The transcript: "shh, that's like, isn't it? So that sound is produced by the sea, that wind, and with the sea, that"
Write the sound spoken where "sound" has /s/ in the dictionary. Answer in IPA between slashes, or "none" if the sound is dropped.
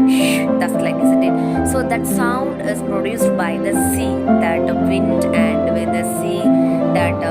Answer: /s/